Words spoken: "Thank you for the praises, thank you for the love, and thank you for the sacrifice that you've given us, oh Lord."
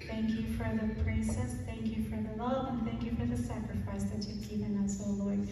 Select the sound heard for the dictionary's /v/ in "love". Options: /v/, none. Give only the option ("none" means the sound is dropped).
none